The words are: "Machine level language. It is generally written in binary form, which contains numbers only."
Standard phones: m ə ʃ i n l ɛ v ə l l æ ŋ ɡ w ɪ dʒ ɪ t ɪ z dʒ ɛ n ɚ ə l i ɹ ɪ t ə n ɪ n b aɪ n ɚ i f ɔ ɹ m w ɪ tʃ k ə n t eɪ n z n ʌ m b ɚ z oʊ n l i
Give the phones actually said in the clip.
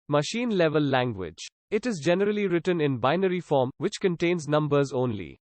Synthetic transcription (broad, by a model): m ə ʃ i n l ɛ v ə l l æ ŋ ɡ w ɪ dʒ ɪ t ɪ z dʒ ɛ n ɚ ə l i ɹ ɪ t ə n ɪ n b aɪ n ɚ i f ɔ ɹ m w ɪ tʃ k ə n t eɪ n z n ʌ m b ɚ z oʊ n l i